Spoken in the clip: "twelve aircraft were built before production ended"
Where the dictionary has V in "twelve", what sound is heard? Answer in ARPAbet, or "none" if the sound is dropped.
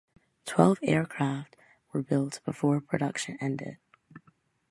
V